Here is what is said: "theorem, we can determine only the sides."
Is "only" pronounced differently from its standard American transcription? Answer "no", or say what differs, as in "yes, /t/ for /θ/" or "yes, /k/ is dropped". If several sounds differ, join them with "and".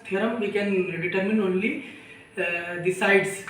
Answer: no